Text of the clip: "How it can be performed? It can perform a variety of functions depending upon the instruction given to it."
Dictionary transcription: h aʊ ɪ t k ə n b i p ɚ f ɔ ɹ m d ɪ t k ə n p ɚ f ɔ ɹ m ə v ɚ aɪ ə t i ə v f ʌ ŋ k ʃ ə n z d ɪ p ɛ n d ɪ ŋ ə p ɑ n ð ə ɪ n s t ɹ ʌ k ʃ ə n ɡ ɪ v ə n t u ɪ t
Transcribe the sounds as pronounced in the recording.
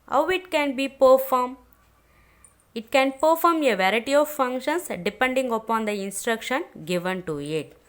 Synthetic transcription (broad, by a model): h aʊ ɪ t k ə n b i p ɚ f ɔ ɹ m ɪ t k ə n p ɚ f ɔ ɹ m ə v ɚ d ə t i ə v f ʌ ŋ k ʃ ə n s d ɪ p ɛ n d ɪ ŋ ə p ɑ n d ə ɪ n s t ɹ ʌ k ʃ ə n ɡ ɪ v ə n t u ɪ t